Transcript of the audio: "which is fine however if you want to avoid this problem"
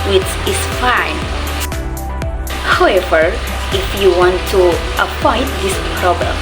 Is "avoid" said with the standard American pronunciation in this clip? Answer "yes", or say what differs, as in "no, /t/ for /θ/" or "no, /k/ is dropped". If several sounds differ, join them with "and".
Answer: no, /p/ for /v/